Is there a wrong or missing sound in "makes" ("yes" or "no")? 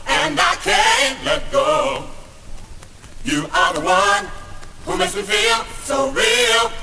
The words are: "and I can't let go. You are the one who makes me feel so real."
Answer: yes